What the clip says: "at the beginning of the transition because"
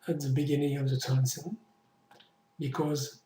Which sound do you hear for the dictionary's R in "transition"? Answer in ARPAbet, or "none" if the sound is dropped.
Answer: none